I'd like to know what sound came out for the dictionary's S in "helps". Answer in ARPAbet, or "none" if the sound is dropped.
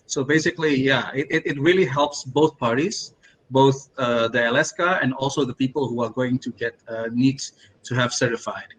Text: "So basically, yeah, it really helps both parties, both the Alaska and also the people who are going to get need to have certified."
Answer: S